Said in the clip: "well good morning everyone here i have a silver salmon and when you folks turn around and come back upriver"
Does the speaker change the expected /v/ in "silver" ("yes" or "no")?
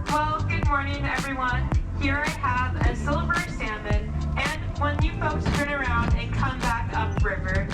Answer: yes